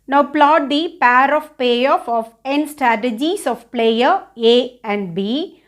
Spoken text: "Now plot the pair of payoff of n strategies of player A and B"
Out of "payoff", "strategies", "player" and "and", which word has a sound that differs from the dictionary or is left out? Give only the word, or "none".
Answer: strategies